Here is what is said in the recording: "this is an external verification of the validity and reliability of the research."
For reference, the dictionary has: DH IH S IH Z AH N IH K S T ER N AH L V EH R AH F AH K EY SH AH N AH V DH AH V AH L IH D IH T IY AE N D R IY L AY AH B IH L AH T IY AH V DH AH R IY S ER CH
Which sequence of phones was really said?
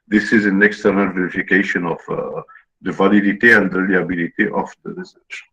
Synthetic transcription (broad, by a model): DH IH S IH Z AH N IH K S T ER N AH L V EH R AH F AH K EY SH AH N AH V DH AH V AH L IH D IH T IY AE N D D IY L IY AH B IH L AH T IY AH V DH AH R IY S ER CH